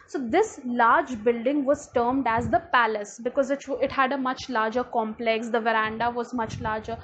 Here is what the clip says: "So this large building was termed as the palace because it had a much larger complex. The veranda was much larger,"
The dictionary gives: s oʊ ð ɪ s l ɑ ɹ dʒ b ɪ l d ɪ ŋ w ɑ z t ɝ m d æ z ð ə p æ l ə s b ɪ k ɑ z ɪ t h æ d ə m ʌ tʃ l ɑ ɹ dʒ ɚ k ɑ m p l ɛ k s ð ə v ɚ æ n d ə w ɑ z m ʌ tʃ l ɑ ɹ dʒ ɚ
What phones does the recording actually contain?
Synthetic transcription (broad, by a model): s oʊ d ɪ s l ɑ ɹ dʒ b ɪ l d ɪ ŋ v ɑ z t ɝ m d æ z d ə p æ l ə s b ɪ k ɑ z ɪ t h æ d ə m ʌ tʃ l ɑ ɹ dʒ ɚ k ɑ m p l ɛ k s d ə v ɚ æ n d ə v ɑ z m ʌ tʃ l ɑ ɹ dʒ ɚ